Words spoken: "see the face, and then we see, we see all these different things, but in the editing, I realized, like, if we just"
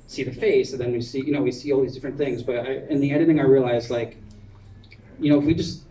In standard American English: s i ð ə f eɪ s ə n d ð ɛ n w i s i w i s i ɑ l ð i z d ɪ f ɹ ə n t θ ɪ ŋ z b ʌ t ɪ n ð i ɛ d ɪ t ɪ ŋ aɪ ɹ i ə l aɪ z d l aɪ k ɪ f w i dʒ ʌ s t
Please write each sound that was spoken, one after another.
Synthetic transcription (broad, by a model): s i ð ə f eɪ s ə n ð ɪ n w i s i w i s i ɑ l ð i z d ɪ f ɹ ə n θ ɪ ŋ z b ʌ t ɪ n ð i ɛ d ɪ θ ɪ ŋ aɪ ɹ i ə l aɪ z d l aɪ k ɪ f w i dʒ ʌ s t